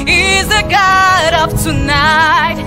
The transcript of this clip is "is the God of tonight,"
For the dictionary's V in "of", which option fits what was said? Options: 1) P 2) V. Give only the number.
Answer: 1